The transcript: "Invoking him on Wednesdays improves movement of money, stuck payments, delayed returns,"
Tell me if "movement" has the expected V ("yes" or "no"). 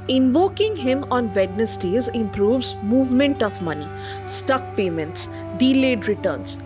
yes